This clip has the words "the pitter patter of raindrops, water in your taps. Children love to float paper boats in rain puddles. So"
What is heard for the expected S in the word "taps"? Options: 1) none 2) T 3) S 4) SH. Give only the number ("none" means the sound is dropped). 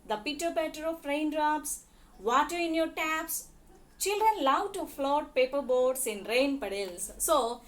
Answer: 3